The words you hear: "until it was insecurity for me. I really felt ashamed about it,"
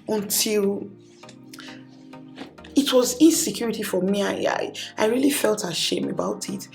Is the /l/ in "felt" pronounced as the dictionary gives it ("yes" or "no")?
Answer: yes